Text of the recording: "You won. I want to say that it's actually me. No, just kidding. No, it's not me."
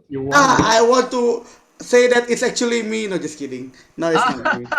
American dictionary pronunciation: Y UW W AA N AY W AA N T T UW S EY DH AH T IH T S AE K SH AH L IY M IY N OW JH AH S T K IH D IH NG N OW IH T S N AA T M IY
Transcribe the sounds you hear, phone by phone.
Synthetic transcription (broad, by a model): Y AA AY W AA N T T UW S EY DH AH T IH T S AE K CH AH L IY M IY N OW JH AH S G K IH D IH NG N OW IH T S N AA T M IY